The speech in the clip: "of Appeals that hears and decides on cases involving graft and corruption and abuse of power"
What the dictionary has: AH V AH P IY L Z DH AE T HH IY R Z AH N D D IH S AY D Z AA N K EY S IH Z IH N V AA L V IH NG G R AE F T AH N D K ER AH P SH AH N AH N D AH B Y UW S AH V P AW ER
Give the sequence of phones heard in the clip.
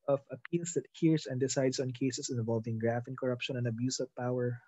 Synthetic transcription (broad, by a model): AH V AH P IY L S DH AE T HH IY R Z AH N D D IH S AY D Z AA N K EY S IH S IH N V AA L V IH NG G R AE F AH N K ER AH P SH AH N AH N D AH B Y UW S AH V P AW ER